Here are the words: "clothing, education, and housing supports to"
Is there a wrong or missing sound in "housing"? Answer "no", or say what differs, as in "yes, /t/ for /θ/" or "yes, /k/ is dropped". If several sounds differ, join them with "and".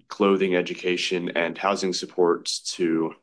no